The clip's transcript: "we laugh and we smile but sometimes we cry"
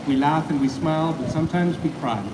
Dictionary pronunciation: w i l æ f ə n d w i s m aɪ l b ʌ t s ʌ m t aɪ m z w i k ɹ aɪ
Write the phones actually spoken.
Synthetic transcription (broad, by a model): w i l æ f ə n w i s m aɪ l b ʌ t s ʌ m t aɪ m z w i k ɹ aɪ